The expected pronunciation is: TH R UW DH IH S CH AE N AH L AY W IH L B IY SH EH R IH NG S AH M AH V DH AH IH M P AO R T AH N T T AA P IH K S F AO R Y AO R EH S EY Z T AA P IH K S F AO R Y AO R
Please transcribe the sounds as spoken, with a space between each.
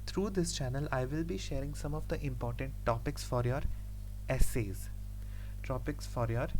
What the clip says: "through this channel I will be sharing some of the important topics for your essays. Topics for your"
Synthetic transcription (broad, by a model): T R UW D IH S CH AE N AH L AY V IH L B IY SH EH R IH NG S AH M AH V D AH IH M P AO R T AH N T T AA P IH K S F AO R Y AO R EH S EY Z T AA P IH K S F AO R Y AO R